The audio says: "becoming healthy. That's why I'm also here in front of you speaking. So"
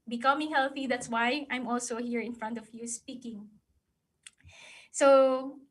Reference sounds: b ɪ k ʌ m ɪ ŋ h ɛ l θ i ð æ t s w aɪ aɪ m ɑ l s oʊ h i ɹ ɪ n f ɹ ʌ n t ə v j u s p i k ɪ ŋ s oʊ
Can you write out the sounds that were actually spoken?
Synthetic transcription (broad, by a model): b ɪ k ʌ m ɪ ŋ h ɛ l θ i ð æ t s w aɪ aɪ m ɑ l s oʊ h i ɹ ɪ n f ɹ ʌ n t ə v j u s p i k ɪ ŋ s oʊ